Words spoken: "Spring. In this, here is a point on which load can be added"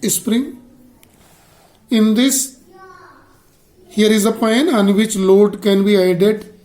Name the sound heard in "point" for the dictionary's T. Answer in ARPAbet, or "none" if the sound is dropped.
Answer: none